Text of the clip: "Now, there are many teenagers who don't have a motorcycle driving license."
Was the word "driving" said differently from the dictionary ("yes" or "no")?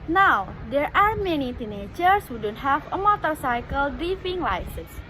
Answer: yes